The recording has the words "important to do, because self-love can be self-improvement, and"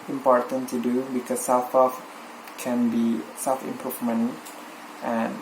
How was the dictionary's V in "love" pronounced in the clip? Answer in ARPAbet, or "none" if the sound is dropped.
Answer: F